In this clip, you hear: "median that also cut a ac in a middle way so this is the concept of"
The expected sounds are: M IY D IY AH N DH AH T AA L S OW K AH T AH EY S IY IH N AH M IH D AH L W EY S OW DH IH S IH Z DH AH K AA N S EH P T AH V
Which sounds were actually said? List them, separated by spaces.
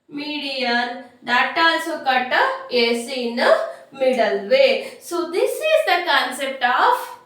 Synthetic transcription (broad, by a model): M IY D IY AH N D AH T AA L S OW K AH T AH EY S IY N AH M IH D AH L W EY S OW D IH S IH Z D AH K AA N S EH P T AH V